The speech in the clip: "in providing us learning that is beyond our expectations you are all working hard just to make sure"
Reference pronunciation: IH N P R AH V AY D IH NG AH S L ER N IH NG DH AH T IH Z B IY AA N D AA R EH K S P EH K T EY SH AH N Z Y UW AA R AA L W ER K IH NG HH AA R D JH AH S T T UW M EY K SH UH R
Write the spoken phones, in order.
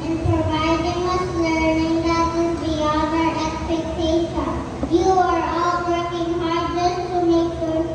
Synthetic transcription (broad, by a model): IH N P R AH V AY D IH NG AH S L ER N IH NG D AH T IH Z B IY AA D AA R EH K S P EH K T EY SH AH Y UW AA R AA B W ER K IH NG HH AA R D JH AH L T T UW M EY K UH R